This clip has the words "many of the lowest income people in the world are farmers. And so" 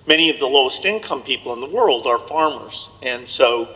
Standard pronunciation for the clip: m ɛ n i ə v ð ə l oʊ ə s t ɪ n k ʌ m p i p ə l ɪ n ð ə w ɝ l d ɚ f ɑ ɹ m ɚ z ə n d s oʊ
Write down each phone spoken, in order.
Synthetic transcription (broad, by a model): m ɛ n i ə v ð ə l oʊ ə s t ɪ n k ʌ m p i p l ɪ n ð ə w ɝ l d ɚ f ɑ ɹ m ɚ z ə n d s oʊ